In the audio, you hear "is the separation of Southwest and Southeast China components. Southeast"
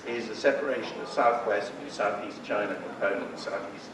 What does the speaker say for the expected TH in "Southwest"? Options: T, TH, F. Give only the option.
TH